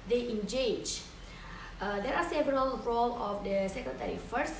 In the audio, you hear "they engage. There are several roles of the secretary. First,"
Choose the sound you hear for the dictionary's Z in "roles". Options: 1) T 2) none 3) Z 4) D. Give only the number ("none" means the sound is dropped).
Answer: 2